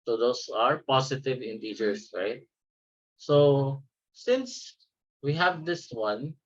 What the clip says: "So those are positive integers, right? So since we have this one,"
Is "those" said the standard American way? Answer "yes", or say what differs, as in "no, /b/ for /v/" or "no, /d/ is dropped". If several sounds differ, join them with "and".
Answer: no, /s/ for /z/